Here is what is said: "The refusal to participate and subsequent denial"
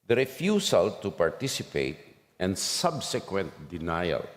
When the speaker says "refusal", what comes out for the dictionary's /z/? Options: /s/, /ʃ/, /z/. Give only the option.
/s/